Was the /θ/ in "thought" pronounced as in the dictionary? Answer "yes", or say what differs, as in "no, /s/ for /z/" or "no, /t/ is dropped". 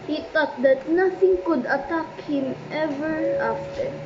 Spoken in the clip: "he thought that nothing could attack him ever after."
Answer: no, /t/ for /θ/